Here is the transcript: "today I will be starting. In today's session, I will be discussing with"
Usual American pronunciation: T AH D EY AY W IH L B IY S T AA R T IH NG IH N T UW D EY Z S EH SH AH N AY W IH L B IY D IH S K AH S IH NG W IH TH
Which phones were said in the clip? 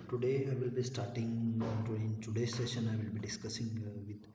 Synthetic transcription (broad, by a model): T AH D EY AY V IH L B IY S T AA R T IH NG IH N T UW D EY S EH SH AH N AY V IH L B IY D IH S K AH S IH NG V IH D